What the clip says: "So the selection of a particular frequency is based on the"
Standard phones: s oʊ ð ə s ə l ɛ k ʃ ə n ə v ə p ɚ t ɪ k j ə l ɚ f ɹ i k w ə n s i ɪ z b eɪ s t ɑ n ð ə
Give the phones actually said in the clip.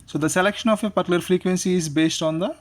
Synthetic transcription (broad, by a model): s oʊ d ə s ə l ɛ k ʃ ə n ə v ə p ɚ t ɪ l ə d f ɹ i k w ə n s i ɪ z b eɪ s t ɑ n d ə